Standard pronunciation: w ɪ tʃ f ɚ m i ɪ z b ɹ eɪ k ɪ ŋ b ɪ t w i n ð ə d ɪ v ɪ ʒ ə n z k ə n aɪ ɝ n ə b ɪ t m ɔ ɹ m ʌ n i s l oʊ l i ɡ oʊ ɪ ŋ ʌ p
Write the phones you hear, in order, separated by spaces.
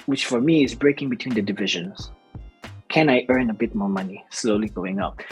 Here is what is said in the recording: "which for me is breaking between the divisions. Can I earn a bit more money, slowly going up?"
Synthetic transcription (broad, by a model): w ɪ tʃ f ɚ m i ɪ z b ɹ eɪ k ɪ ŋ b ɪ t w i n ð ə d ɪ v ɪ ʒ ə n z k ə n aɪ ɝ n ə b ɪ t m ɔ ɹ m ʌ n i s l oʊ l i ɡ oʊ ɪ ŋ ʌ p